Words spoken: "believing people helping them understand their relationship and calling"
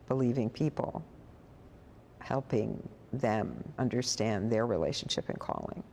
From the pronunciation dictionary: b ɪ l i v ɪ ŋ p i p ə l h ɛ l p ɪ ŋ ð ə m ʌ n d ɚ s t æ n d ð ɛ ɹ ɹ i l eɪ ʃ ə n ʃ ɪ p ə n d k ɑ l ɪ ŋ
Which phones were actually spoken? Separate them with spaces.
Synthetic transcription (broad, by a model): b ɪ l i v ɪ ŋ p i p l h ɛ l p ɪ ŋ ð ə m ʌ n d ɚ s t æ n ð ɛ ɹ ɹ i l eɪ ʃ ə n ʃ ɪ p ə n k ɑ l ɪ ŋ